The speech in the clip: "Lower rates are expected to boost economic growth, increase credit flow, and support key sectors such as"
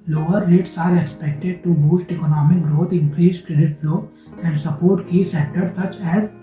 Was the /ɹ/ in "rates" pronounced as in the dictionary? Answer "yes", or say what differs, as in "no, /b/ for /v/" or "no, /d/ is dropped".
no, /l/ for /ɹ/